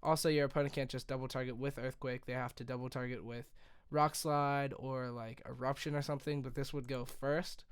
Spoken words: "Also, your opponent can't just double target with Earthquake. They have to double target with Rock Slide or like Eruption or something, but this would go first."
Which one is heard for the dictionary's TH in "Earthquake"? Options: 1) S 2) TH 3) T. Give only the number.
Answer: 2